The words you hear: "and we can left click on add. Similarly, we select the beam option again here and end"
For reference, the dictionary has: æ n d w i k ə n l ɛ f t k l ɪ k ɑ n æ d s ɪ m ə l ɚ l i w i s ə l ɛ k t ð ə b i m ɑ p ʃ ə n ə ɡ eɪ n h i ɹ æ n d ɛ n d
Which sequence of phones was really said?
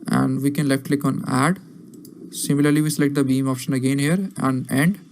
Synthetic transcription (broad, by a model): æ n d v i k ə n l ɛ f t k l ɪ k ɑ n æ d s ɪ m ə l ɚ l i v i s ə l ɛ k t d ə b i m ɑ p ʃ ə n ə ɡ eɪ n h i ɹ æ n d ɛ n d